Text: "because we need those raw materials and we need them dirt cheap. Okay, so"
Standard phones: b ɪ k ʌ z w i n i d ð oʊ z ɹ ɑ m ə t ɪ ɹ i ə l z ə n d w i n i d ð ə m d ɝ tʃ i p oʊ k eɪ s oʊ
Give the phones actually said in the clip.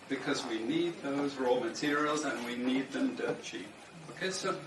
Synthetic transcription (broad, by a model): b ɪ k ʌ z w i n i d ð oʊ z ɹ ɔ m ə t ɪ ɹ i ə l z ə n w i n i d ð ə m d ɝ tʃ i oʊ k eɪ s oʊ